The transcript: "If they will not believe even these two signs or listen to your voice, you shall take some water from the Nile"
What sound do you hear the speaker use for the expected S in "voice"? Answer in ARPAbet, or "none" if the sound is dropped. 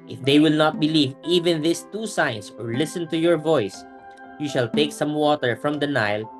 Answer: S